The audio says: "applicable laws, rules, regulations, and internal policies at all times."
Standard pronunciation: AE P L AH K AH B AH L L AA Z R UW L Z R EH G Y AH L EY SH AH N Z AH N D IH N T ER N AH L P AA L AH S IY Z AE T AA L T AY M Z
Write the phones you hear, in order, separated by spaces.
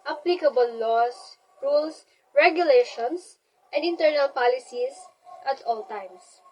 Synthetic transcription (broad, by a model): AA P L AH K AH B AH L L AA S R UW L S R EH G Y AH L EY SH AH N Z AH N D IH N T ER N AH L P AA L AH S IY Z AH T AA L T AY M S